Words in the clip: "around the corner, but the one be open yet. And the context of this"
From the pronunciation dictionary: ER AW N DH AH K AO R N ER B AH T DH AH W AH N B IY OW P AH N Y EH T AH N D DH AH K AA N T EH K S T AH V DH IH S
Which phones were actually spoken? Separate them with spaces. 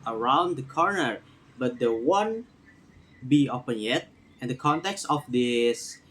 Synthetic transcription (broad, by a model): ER AW N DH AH K AO R N ER B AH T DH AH W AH N B IY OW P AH N Y EH T AH N D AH K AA N T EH K S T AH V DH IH S